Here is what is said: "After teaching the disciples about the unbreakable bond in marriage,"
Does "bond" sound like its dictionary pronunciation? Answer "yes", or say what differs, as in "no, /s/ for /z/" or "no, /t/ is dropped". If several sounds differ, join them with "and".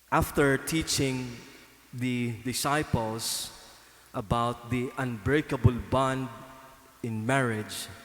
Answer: yes